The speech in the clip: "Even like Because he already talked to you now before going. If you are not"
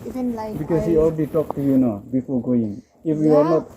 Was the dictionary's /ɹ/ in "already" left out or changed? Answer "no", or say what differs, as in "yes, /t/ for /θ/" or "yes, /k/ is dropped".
yes, /l/ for /ɹ/